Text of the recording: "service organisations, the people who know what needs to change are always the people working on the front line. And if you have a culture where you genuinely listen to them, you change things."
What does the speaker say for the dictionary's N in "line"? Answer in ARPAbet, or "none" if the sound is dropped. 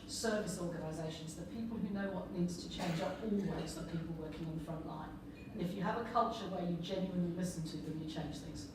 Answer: none